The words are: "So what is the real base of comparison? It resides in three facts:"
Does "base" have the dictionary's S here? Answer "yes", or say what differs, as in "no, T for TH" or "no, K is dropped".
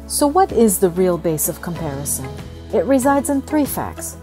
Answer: yes